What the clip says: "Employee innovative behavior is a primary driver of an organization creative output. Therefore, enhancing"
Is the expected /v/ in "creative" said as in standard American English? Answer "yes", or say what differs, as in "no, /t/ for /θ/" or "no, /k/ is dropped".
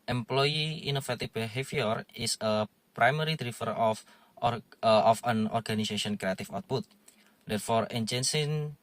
no, /f/ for /v/